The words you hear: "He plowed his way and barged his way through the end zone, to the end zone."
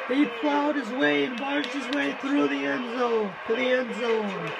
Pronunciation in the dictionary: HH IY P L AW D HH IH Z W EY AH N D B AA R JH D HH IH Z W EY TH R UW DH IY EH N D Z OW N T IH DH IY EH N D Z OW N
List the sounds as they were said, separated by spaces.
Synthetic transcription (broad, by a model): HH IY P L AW D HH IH Z W EY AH N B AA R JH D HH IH Z W EY TH R UW DH IY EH N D Z OW N T IH DH IY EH N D Z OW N